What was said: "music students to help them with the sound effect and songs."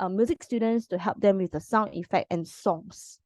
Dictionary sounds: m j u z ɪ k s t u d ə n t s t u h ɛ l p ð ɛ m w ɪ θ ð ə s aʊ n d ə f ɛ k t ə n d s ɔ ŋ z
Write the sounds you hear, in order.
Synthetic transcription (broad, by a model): m j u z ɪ k s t u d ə n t s t u h ɛ l p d ɛ m w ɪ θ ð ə s aʊ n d ə f ɛ k t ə n s ɔ ŋ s